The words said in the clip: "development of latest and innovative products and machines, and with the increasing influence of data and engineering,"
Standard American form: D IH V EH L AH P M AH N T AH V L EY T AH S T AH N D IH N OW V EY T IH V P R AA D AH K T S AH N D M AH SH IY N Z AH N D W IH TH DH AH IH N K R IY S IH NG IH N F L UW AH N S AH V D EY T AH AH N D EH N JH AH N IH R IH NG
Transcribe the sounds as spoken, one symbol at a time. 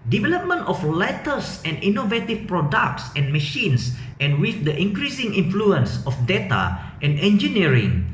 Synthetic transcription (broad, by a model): D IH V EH L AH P M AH N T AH F L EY T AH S AH N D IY N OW V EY T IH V P R AA D AH K T S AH N M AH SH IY N S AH N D W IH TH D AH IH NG K R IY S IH NG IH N F L UW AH N S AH F D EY T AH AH N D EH N JH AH N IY R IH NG